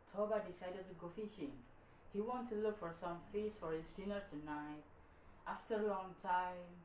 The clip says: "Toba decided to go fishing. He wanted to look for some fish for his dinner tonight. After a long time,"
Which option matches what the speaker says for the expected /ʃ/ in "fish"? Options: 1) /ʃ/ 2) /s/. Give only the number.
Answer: 2